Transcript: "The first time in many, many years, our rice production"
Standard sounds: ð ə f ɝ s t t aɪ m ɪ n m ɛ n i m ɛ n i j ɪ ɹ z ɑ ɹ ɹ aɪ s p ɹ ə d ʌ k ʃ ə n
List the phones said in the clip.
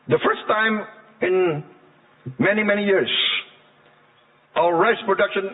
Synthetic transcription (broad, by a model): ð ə f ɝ s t t aɪ m ɪ n m ɛ n i m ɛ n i j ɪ ɹ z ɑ l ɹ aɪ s p ɹ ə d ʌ k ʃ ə n